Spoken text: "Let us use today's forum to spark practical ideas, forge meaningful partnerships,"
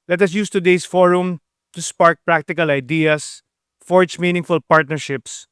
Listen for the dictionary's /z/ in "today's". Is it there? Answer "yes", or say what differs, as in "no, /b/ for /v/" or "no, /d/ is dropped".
no, /s/ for /z/